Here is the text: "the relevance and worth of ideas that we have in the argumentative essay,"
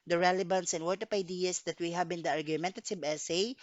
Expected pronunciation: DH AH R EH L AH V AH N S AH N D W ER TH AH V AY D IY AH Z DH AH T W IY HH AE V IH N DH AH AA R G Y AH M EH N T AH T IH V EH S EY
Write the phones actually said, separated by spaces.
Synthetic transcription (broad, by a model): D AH R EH L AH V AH N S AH N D W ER T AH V AY D IY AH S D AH T W IY HH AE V IH N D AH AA R G Y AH M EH N T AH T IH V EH S EY